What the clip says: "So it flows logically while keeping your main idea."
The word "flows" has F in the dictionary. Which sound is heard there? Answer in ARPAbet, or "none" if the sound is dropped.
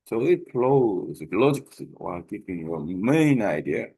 P